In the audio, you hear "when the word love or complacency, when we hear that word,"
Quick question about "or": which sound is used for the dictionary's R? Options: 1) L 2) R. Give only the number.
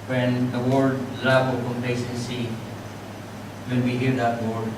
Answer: 1